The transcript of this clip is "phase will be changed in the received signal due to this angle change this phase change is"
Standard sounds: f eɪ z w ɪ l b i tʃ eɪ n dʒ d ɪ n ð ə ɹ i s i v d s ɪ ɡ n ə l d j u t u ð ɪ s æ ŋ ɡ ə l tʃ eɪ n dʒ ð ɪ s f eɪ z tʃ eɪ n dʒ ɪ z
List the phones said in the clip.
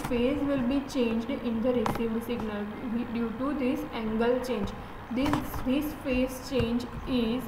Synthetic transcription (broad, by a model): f eɪ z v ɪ l b i tʃ eɪ n dʒ d ɪ n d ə ɹ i s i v s ɪ ɡ n ə l d j u t u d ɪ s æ ŋ ɡ ə l tʃ eɪ n dʒ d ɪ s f eɪ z tʃ eɪ n dʒ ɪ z